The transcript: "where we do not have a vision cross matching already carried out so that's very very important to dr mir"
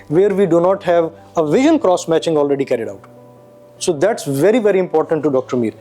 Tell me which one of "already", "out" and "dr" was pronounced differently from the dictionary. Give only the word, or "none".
none